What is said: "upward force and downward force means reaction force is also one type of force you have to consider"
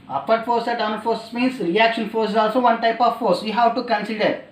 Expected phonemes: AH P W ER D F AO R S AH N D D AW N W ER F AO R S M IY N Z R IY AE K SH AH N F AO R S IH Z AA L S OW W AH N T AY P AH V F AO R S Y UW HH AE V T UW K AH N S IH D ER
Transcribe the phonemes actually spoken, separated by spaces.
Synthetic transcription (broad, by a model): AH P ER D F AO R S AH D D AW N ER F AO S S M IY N S R IY AE K SH AH N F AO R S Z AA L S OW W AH N T AY P AH V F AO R S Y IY HH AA W T UW K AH N S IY D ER